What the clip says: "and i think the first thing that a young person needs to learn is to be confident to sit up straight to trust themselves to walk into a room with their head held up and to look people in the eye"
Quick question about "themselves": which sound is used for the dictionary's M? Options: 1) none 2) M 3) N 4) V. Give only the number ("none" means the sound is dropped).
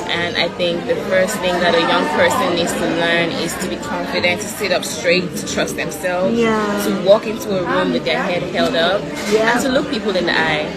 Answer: 2